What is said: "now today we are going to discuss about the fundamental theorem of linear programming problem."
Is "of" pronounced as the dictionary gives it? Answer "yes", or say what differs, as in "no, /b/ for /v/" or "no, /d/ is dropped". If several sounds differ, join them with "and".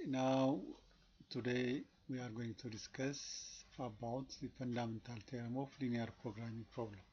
no, /f/ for /v/